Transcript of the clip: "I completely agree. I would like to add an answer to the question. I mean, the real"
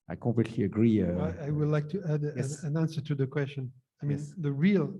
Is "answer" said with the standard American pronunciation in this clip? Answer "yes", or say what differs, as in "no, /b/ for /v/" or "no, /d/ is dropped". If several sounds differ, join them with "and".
yes